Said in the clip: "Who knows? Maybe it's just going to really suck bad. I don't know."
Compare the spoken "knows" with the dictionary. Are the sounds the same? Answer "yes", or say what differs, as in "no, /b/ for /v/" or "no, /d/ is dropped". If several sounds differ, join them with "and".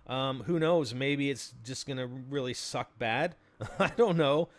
yes